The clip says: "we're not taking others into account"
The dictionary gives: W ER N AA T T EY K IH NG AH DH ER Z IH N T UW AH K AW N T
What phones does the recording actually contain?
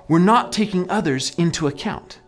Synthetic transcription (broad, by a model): W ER N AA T T EY K IH NG AH DH ER Z IH N T UW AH K AW N T